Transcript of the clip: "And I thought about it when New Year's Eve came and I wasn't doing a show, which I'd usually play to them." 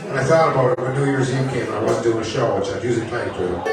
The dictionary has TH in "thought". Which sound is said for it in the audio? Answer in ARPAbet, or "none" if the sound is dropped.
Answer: TH